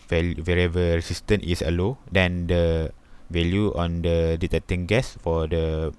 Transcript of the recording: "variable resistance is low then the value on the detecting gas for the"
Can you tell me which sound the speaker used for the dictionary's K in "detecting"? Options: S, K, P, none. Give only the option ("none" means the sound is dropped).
none